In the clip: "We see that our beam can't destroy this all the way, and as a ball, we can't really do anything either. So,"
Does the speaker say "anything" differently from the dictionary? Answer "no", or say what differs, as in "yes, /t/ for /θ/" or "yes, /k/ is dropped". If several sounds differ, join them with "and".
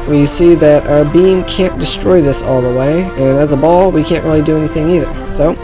no